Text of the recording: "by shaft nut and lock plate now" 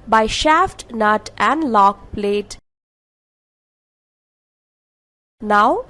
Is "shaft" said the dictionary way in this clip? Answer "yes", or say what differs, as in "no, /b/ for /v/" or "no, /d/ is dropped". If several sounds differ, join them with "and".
yes